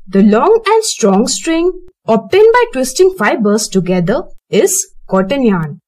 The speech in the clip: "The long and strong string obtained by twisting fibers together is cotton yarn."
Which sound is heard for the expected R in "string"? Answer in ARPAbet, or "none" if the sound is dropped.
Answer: R